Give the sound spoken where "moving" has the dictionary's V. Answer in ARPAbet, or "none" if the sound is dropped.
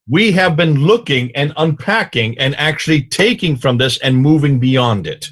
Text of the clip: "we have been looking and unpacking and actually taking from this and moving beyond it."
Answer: V